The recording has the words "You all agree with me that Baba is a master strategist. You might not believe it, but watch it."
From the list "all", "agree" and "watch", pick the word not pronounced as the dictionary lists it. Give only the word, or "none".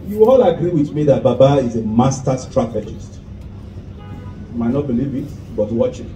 none